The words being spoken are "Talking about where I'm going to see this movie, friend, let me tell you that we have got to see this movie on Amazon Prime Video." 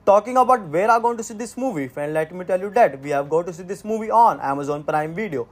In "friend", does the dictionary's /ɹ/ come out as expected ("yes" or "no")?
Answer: no